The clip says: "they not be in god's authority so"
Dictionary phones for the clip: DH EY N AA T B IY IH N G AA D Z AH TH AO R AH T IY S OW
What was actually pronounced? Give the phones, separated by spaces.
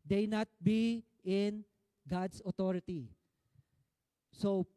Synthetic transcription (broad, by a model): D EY N AA T B IY IH N G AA D S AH T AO R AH T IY S OW